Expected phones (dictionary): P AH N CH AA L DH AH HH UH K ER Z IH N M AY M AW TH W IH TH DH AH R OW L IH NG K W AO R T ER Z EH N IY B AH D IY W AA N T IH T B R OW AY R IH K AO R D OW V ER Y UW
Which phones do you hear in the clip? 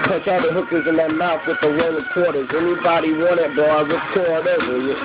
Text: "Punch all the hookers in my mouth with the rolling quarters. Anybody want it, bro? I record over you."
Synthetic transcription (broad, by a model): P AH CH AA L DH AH HH UH K ER Z IH N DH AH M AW F W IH DH AH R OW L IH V K W AO R T ER Z EH N IY B AH D IY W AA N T IH T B OW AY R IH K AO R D OW V ER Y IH